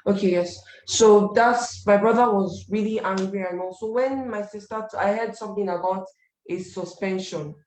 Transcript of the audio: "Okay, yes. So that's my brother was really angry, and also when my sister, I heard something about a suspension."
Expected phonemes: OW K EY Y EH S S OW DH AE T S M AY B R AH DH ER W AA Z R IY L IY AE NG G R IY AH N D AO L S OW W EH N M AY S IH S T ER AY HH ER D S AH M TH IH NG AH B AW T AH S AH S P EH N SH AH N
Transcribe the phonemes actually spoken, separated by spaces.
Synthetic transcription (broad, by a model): OW K EY Y EH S S OW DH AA T S M AY B R AH DH ER W AA Z R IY L IY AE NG G R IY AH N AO S OW W EH N M AY S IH S T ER AY HH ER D S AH M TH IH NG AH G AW T AH S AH S P EH N SH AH N